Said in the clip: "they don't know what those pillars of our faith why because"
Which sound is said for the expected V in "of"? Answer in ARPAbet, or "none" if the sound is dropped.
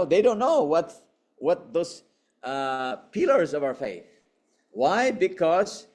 V